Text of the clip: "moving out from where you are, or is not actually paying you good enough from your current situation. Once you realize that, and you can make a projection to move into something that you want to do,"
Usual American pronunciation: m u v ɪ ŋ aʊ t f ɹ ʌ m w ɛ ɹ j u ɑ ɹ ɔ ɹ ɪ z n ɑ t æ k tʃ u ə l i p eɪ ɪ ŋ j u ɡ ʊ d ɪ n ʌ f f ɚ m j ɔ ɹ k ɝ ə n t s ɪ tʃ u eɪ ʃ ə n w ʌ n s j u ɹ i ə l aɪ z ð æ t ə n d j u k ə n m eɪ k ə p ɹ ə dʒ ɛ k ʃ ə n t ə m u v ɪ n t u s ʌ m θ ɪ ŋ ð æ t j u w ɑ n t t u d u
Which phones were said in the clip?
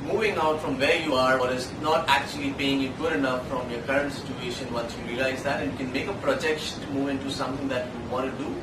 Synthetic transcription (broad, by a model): m u v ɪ ŋ aʊ t f ɹ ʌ m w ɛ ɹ j u ɑ ɹ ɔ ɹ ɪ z n ɑ t æ k tʃ u ə l i p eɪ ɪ ŋ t ɡ ʊ d ɪ n ʌ f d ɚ m j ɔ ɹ k ɝ ə n t s ɪ tʃ u eɪ ʃ ə n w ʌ n s j u ɹ i ə l aɪ z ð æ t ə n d j u k ə n m eɪ k ə p ɹ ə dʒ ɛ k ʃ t m u v ɪ n t u s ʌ m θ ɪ ŋ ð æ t j u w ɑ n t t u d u